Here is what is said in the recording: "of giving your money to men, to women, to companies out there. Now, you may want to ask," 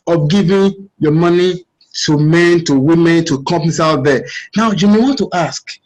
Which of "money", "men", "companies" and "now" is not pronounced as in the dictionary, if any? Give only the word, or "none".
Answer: companies